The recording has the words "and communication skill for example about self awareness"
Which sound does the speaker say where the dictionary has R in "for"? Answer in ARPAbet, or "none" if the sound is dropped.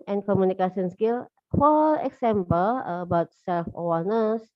L